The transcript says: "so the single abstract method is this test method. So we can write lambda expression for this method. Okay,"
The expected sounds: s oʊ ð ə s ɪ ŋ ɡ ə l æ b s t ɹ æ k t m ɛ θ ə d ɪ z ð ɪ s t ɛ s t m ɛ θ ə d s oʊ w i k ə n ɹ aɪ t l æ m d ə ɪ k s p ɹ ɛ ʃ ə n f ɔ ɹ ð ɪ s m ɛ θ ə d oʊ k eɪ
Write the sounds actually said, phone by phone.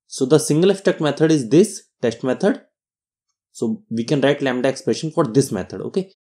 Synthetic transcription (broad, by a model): s oʊ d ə s ɪ ŋ ɡ ə l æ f t ɛ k m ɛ t ə d ɪ z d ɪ s t ɛ s t m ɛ t ə d s oʊ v i k ə n ɹ aɪ t l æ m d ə ɪ k s p ɹ ɛ ʃ ə n f ɔ ɹ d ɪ s m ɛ t ə d oʊ k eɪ